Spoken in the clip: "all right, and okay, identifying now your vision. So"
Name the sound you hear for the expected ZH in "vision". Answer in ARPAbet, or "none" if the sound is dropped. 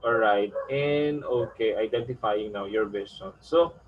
S